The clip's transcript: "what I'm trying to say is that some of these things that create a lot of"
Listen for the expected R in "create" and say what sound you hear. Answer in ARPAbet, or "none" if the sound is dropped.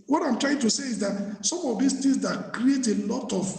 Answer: R